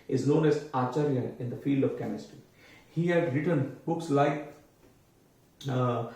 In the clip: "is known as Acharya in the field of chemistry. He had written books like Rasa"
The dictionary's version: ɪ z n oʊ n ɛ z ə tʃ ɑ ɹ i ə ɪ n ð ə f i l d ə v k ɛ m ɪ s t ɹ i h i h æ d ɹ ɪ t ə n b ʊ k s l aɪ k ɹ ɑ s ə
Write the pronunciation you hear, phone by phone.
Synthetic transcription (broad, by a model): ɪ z n oʊ n ɛ z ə tʃ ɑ ɹ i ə ɪ n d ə f i l d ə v k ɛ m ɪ s t ɹ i h i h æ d ɹ ɪ t ə n b ʊ k s l aɪ k